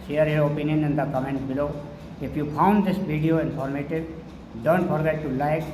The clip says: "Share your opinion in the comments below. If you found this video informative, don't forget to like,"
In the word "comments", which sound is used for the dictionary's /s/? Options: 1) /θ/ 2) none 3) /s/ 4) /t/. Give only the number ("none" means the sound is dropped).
2